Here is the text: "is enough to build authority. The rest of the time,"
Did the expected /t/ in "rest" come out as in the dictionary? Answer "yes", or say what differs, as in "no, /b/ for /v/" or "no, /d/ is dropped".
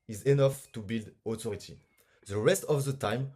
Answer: yes